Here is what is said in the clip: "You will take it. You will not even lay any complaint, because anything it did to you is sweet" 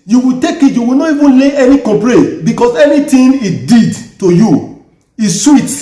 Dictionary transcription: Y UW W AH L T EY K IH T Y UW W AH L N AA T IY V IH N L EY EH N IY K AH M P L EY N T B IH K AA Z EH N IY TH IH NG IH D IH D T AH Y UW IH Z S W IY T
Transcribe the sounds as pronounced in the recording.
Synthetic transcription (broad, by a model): Y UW W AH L T EY K IH T Y UW W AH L N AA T IY V IH N L EY EH N IY K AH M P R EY T B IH K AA S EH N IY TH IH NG IH D IH D T AH Y UW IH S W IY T